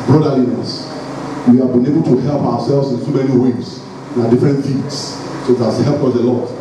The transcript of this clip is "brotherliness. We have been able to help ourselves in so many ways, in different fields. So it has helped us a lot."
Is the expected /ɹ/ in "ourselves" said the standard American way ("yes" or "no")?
no